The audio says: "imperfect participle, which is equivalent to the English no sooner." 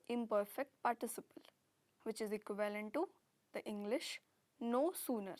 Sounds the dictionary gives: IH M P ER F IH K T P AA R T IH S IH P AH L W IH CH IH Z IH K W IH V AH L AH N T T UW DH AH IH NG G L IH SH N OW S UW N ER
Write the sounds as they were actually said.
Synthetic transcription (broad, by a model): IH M P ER F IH K T P AA R T IH S IH P AH L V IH CH IH Z IH K W IH V AH L AH N T T UW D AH IH NG G L IH SH N OW S UW N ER